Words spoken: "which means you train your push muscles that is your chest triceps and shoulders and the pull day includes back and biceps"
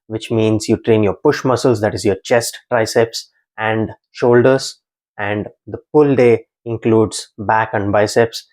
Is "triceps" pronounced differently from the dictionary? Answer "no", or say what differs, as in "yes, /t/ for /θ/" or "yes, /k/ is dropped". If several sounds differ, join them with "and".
no